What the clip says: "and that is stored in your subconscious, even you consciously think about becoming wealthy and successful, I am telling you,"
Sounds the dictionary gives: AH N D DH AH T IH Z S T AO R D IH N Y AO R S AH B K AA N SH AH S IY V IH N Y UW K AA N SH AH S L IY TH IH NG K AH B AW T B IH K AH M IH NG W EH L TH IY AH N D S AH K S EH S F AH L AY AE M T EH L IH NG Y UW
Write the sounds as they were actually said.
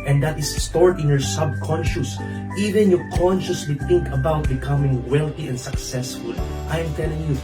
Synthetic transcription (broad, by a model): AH N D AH T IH S T AO R D IH N Y AO R S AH B K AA N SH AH S IY V IH N Y UW K AA N SH AH S L IY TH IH NG K AH B AW T B IH K AH M IH NG W EH L TH IY AH N D S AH K S EH S F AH L AY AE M T EH L IH NG Y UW